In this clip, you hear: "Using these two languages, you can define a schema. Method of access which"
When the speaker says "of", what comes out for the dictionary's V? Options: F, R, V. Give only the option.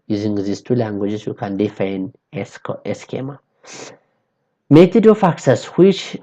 F